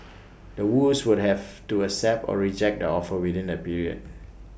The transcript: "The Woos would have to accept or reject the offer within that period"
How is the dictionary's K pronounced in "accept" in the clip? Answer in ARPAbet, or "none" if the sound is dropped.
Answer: none